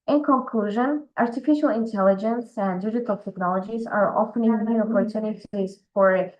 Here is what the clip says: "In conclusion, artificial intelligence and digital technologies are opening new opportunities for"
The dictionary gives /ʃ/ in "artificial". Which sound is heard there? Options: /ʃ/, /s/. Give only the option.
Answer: /ʃ/